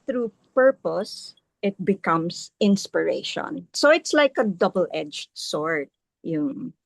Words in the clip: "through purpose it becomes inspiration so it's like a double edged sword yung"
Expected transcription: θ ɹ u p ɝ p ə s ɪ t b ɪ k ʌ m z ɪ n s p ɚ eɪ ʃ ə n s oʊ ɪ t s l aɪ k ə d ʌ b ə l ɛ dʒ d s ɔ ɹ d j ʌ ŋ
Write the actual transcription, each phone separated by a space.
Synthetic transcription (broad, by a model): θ ɹ u p ɝ p ə s ɪ t b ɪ k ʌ m s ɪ n s p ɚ eɪ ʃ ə n s oʊ ɪ t s l aɪ k ə d ʌ b ə l ɛ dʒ s ɔ ɹ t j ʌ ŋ